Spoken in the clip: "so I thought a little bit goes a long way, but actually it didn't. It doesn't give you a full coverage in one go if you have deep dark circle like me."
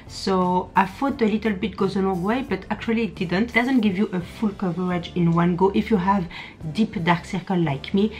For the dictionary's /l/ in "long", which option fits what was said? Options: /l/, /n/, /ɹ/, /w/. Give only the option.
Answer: /n/